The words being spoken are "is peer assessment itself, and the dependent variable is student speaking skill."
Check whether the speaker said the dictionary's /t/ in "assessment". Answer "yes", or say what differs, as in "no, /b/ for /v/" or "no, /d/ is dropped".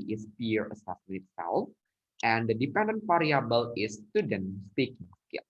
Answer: no, /t/ is dropped